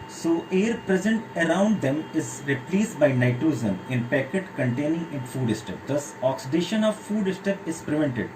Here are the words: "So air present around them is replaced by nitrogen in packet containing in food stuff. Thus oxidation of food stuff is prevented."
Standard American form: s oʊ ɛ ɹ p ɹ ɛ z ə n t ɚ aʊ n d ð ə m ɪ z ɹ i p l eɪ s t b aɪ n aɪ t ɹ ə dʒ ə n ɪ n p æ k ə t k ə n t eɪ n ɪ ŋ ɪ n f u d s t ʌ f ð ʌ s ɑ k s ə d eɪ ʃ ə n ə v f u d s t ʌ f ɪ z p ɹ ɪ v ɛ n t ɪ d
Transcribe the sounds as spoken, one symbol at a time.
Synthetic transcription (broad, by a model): s oʊ ɛ ɹ p ɹ ɛ z ə n t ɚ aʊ n d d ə m ɪ z ɹ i p l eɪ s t b aɪ n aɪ t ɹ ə z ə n ɪ n p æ k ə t k ə n t eɪ n ɪ ŋ ɪ n f u d s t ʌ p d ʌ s ɑ k s ə d eɪ ʃ ə n ə v f u d s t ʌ p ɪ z p ɹ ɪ v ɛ n t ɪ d